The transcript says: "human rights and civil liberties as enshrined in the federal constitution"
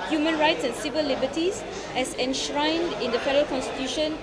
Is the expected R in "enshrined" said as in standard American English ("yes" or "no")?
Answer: yes